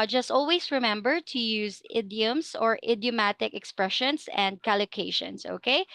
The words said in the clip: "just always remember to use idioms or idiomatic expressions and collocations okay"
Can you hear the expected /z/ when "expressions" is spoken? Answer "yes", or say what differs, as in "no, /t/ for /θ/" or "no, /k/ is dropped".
no, /s/ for /z/